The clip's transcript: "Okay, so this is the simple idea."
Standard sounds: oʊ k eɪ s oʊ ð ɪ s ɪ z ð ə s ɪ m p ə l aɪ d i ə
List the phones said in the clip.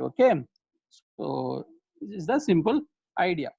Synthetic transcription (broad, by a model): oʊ k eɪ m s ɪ ɪ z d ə s ɪ m p ə l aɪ d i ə